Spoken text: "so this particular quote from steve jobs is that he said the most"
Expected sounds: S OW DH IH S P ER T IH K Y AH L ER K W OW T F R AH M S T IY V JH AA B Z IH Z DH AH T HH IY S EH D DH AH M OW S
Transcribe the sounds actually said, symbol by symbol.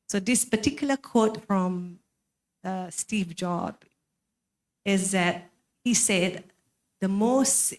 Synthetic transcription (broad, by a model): S OW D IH S P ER T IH K Y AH L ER K OW T F R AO M S T IY V JH AA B IH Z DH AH T HH IY S EH D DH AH M OW S